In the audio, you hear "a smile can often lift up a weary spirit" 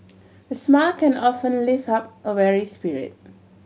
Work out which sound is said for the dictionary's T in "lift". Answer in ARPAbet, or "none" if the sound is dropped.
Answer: none